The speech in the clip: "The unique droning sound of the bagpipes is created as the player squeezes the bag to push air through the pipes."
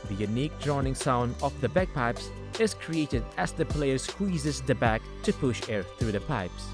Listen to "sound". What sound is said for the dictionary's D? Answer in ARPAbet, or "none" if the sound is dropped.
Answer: D